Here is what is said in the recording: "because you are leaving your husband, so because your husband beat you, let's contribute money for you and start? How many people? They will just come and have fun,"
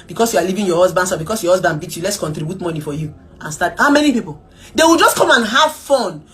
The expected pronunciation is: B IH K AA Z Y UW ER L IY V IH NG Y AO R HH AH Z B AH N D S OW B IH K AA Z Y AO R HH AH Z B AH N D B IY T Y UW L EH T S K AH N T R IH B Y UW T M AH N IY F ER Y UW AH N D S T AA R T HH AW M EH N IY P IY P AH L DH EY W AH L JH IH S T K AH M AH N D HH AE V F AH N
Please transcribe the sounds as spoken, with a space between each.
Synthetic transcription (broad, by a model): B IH K AA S Y UW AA L IY V IH NG Y AO HH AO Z B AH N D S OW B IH K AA S Y AO HH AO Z B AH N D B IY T Y UW L EH T S K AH N T R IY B Y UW T M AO N IY F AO Y UW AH N S T AA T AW M EH N IY P IY P AH L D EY W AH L JH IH S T K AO M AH N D HH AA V F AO N